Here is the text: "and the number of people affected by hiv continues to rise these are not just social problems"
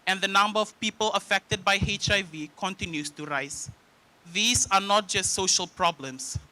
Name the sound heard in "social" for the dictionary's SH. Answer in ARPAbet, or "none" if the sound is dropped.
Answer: SH